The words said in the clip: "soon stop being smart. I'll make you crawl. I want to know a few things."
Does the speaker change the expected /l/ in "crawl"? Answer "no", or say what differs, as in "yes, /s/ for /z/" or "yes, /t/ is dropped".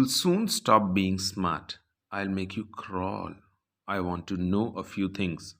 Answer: no